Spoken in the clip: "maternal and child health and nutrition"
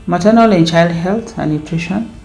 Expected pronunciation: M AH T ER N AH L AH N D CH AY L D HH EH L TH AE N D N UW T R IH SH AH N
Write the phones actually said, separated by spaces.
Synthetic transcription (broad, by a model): M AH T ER N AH L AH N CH AY L D HH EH L T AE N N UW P R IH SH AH N